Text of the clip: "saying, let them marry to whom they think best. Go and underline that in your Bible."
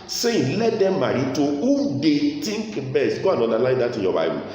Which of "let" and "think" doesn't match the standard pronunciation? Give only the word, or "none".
think